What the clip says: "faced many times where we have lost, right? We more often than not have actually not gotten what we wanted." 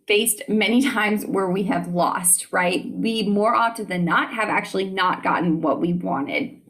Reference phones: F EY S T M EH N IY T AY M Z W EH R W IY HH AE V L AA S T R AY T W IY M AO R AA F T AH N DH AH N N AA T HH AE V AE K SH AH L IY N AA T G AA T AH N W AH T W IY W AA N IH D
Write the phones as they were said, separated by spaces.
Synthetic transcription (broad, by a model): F EY S T M EH N IY T AY M Z W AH R W IY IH V L AA S T R AY T W IY M AO R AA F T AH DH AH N N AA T HH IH V AE K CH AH L IY N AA T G AA T N W AH T W IY W AA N IH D